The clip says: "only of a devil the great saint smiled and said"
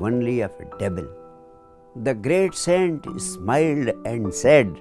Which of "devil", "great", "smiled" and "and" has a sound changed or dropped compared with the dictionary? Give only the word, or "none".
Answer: devil